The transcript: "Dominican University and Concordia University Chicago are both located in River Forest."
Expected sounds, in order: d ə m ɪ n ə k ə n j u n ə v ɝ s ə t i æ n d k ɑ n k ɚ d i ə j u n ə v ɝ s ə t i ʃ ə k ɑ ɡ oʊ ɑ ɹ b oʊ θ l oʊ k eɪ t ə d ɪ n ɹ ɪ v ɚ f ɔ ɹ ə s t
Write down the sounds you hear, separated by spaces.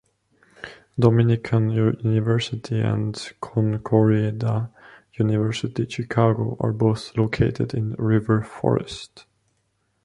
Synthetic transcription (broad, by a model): d ə m ɪ n ə k ə n j u n ə v ɝ s ə t i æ n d k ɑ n k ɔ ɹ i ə j u n ə v ɝ s ə t i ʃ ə k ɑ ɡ oʊ ɑ ɹ b oʊ θ l oʊ k eɪ t ə d ɪ n ɹ ɪ v ɚ f ɔ ɹ ə s t